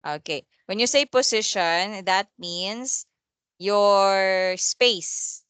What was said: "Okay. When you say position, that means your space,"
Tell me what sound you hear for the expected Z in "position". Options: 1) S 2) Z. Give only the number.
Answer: 1